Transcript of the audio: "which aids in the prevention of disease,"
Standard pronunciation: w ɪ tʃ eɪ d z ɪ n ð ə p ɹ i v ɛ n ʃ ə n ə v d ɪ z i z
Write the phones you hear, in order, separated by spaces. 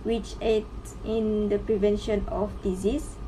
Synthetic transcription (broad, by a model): w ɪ tʃ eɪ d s ɪ n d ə p ɹ i v ɛ n ʃ ə n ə f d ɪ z i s